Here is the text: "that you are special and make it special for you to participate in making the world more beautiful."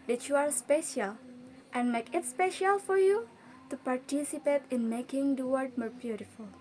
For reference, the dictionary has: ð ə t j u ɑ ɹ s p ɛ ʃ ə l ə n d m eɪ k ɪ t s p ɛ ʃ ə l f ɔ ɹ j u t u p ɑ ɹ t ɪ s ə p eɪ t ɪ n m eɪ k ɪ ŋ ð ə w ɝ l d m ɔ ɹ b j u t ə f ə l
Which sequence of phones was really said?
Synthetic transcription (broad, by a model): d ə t j u ɑ ɹ s p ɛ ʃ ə l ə n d m eɪ k ɪ t s p ɛ ʃ ə l f ɔ ɹ j u t u p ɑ ɹ t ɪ s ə p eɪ t ɪ n m eɪ k ɪ ŋ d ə w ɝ d m ɔ ɹ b j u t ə f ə l